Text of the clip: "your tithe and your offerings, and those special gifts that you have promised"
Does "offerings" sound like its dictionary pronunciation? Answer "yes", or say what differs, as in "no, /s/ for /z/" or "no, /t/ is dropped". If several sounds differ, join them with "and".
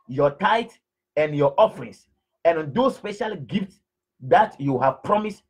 no, /s/ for /z/